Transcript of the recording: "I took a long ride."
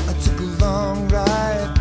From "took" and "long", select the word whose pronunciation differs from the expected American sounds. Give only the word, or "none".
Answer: none